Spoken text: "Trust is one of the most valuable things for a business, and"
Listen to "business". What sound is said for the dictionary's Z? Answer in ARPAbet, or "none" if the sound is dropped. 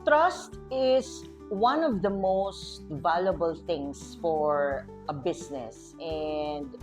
S